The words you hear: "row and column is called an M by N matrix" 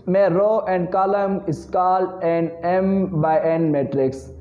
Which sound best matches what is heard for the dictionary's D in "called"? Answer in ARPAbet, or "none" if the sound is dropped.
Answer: none